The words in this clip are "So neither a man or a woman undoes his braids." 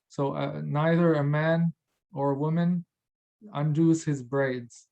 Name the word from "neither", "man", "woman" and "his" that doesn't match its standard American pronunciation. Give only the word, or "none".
none